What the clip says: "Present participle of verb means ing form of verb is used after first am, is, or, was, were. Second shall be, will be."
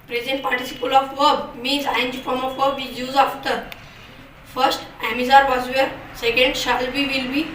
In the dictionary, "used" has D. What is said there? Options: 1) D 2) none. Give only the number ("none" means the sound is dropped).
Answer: 2